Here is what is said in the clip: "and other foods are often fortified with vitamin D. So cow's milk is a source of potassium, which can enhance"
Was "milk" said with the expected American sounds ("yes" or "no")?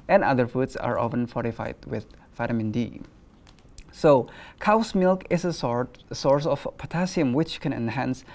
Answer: yes